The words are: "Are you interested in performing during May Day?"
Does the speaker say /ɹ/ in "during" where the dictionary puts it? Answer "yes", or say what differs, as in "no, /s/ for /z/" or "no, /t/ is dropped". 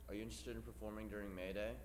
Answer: yes